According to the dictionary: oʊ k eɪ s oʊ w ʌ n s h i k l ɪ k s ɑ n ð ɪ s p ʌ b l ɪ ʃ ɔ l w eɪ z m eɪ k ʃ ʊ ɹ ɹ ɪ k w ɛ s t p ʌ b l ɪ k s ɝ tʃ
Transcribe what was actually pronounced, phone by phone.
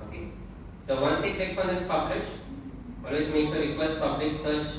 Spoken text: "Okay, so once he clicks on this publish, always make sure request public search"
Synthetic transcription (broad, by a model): oʊ k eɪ s oʊ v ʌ n s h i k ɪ k s ɑ n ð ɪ s p ʌ b l ɪ ʃ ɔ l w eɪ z m eɪ k s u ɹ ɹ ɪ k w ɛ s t p ʌ b l ɪ k s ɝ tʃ